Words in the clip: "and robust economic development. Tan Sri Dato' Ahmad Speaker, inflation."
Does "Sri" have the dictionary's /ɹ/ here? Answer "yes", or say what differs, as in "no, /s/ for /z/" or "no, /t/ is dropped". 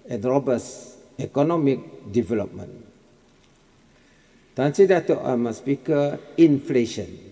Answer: no, /ɹ/ is dropped